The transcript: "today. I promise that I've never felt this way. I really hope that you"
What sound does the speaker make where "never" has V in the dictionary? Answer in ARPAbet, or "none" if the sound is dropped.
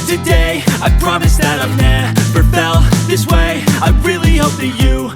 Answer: P